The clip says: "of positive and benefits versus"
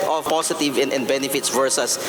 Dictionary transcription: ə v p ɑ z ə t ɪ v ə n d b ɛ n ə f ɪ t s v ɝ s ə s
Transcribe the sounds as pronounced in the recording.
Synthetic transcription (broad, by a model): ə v p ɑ s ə t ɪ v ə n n b ɛ n ə f ɪ t s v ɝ s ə s